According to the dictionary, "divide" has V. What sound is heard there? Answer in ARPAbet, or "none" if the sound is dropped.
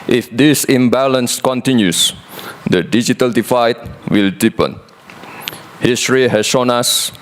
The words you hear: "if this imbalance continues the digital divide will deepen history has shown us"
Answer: F